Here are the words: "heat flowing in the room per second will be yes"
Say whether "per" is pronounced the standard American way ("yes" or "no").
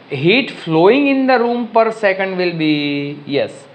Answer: yes